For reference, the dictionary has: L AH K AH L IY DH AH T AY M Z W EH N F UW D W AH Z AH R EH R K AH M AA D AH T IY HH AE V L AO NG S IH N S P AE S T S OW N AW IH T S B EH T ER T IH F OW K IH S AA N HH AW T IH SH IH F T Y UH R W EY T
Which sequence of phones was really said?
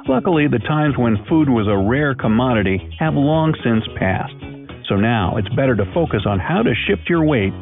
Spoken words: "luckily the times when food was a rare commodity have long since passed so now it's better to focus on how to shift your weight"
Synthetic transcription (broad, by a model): L AH K L IY DH AH T AY M Z W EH N F UW D W AH Z AH R EH R K AH M AA D AH T IY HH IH V L AO NG S IH N S P AE S T S OW N AW IH T S B EH T ER T IH F OW K IH S N HH AW T IH SH IH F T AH R W EY T